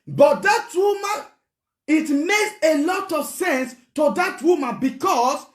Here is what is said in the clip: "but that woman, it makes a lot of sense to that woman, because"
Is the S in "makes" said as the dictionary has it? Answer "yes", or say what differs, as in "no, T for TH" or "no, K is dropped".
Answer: yes